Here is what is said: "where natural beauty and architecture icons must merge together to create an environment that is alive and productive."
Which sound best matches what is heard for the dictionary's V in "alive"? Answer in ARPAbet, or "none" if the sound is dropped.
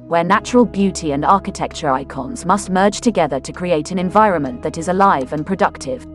V